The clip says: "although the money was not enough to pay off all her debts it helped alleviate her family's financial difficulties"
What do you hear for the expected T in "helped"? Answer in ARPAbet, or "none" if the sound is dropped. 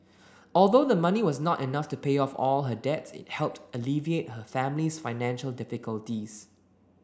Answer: T